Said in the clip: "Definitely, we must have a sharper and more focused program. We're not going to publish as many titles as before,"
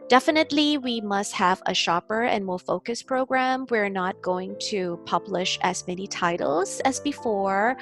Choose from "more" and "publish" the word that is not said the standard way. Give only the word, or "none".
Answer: none